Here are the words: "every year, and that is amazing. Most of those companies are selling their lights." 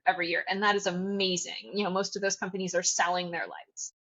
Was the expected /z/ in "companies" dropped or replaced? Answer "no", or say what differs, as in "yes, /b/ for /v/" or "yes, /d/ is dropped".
no